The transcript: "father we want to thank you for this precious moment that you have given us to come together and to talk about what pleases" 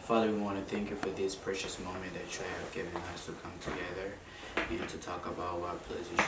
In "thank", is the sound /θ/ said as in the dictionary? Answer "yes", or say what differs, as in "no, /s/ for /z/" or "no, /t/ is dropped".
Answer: yes